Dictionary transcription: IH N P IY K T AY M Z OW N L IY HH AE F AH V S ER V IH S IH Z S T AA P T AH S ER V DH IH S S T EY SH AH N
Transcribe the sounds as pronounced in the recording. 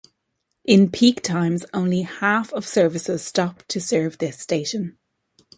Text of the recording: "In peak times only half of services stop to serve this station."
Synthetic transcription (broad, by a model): IH N P IY K T AY M Z OW N L IY HH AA F AH V S ER V IH S IH Z S T AA P T AH S ER V DH IH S S T EY SH AH N